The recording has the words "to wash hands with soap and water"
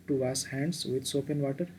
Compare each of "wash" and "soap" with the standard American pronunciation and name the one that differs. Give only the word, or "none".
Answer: wash